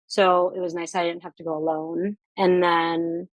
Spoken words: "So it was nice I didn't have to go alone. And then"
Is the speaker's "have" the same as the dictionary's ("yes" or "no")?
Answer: no